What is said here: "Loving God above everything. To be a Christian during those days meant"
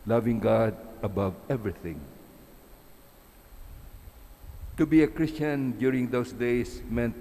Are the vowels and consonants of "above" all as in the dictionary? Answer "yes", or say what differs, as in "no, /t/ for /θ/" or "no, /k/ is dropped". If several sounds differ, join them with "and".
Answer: yes